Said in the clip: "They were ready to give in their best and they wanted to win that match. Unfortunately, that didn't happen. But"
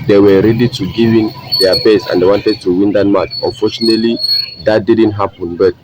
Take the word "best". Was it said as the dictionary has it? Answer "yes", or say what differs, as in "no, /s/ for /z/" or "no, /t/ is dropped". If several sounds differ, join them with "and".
no, /t/ is dropped